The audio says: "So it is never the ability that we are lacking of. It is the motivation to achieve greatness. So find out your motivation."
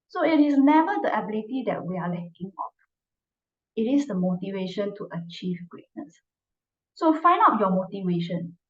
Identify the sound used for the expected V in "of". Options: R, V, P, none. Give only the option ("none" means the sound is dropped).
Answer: P